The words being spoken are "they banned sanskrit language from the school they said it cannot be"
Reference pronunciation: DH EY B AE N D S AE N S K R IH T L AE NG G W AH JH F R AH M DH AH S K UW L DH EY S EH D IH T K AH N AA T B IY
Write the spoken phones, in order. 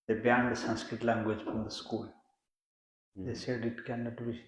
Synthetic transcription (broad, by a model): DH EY B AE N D S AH N S K R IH T L AE NG G W AH JH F R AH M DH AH S K UW L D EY S EH D IH T K AH N AA T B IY